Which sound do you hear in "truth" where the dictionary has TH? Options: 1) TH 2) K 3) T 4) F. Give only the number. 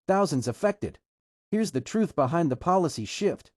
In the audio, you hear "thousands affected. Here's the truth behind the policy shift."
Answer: 1